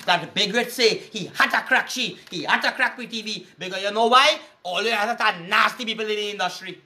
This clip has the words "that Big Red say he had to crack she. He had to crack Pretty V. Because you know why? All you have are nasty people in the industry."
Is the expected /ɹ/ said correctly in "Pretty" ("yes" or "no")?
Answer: no